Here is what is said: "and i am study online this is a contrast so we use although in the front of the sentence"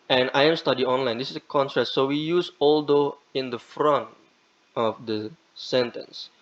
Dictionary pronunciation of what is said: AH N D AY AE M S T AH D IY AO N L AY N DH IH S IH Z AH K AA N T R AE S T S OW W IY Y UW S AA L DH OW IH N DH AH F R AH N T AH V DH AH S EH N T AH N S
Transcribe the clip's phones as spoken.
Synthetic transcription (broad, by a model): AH N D AY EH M S T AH D IY AO N L AY N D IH S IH S AH K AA N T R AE T S OW W IY Y UW S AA L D OW IH N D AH F R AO N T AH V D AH S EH N T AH N S